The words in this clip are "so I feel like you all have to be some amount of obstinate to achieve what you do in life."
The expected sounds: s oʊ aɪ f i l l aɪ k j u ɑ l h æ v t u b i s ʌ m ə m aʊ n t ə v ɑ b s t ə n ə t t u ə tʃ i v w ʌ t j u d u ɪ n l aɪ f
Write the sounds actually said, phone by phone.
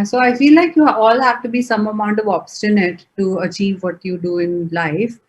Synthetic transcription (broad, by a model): s oʊ aɪ f i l l aɪ k j u ɑ l h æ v t u b i s ʌ m ə m aʊ n t ə v ɑ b s t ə n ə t t u ə tʃ i v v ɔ t j u d u ɪ n l aɪ f